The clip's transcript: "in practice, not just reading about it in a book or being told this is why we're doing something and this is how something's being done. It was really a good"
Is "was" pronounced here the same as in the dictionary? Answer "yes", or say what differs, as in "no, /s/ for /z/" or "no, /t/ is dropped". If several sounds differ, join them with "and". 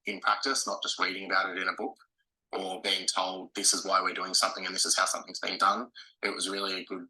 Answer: yes